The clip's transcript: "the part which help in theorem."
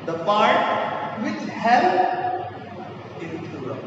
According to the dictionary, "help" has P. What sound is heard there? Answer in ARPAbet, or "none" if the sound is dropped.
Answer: none